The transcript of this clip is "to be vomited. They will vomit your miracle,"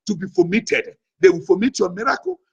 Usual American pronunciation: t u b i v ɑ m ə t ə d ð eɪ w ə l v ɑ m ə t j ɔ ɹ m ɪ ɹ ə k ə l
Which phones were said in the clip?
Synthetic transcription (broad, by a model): t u b i f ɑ m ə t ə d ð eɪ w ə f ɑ m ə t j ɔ m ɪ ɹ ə k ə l